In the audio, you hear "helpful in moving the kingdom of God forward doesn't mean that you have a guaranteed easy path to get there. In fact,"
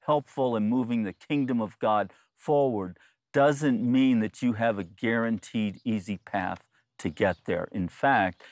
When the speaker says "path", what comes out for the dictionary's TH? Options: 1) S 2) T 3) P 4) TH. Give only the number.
4